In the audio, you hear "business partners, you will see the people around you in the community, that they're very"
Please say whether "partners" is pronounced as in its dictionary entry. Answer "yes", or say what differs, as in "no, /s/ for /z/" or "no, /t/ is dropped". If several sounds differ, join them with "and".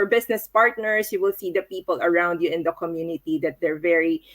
no, /s/ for /z/